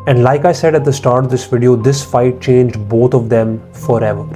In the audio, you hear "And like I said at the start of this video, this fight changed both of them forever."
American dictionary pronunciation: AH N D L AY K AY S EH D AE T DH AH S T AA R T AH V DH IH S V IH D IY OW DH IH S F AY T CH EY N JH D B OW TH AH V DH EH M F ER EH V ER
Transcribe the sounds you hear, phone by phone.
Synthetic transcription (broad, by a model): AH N D L AY K AY S EH D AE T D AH S T AA R T AH V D IH S V IH D IY OW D IH S F AY T CH EY N JH D B OW T AH V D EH M F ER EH V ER